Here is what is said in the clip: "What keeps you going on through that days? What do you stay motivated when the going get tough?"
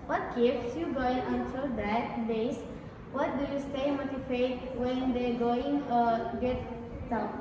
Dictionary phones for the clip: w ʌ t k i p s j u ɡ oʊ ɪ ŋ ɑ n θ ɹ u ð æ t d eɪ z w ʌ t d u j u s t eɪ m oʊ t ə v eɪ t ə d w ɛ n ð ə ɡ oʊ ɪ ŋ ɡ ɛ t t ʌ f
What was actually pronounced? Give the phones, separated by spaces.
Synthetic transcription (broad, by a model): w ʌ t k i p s j u ɡ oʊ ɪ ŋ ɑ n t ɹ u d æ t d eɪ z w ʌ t d u j u s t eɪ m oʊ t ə f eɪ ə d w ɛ n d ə ɡ oʊ ɪ ŋ ɡ ɛ t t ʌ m